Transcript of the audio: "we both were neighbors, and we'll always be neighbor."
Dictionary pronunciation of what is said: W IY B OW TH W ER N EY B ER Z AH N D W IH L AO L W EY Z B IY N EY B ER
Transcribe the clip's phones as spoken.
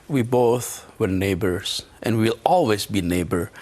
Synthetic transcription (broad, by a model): W IY B OW TH W ER N EY B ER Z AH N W W IH L AO L W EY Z B IY N EY B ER